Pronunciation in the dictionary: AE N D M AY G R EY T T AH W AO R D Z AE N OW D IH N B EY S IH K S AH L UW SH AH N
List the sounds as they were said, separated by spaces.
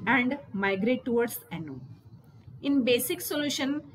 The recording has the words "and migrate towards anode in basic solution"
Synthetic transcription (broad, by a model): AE N D M AY G R EY T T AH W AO R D S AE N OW IH N B EY S IH K S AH L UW SH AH N